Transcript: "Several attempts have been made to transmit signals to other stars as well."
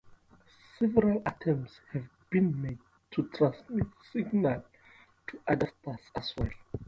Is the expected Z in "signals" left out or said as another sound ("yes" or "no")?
yes